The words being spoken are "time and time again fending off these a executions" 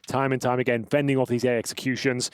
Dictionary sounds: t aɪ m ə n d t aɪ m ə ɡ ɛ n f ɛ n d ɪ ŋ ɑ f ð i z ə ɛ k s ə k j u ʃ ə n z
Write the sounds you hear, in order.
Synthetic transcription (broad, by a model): t aɪ m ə n t aɪ m ə ɡ ɛ n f ɛ n d ɪ ŋ ɑ f ð i z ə ɛ k s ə k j u ʃ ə n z